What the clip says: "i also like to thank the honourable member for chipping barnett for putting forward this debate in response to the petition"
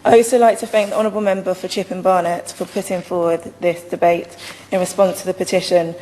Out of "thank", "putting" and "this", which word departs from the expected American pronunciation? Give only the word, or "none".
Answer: none